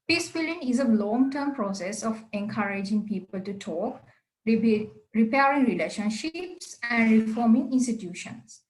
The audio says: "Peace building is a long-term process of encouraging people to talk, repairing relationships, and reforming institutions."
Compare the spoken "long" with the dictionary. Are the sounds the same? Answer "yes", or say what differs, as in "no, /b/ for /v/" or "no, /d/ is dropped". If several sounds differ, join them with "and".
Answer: yes